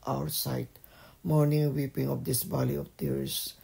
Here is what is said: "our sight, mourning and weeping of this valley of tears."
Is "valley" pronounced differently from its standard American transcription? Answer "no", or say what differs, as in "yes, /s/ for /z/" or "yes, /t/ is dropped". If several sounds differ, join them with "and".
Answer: yes, /b/ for /v/